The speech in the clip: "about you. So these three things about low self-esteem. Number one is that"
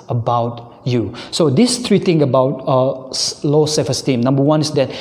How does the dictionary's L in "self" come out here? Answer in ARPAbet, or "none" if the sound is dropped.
none